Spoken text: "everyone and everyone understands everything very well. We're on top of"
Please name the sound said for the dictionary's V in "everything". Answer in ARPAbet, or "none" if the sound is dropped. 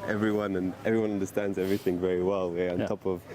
V